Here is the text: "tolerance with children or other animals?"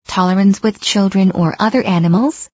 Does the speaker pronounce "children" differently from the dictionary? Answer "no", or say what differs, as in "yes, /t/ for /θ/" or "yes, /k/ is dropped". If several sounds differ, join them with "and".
no